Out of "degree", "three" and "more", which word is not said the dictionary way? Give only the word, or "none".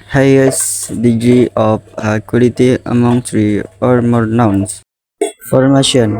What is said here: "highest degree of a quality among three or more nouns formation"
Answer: three